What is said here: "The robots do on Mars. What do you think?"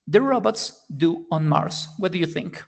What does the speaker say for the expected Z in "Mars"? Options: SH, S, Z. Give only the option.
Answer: S